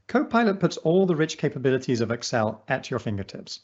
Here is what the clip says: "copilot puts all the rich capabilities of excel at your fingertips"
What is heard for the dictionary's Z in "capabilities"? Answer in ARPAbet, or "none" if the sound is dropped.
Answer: Z